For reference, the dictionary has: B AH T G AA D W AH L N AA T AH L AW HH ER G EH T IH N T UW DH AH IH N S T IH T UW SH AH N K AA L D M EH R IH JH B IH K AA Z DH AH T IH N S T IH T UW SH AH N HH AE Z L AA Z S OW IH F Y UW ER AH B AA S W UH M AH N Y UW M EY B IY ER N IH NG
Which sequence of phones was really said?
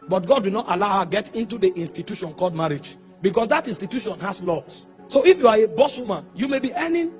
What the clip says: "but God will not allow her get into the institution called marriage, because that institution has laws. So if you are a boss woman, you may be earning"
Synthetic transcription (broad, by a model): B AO T G AA D W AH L N AA T AH L AW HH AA G EH T IH N T UW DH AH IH N S T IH T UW SH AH N K AA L D M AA R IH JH B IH K AA S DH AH T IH N S T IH T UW SH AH N HH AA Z L AA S S OW IH F Y UW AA AH B AA S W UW M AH N Y UW M EY B IY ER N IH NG